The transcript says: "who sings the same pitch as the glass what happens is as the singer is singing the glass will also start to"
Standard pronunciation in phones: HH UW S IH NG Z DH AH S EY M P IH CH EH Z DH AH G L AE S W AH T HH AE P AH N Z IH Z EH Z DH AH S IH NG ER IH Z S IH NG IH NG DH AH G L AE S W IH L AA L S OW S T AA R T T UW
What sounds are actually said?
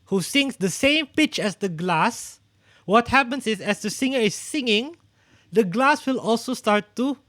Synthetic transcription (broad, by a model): HH UW S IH NG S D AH S EY M P IH CH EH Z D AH G L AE S W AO T HH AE P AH N S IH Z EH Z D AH S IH NG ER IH S IH NG IH NG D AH G L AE S W IH L AA L S OW S T AA R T T UW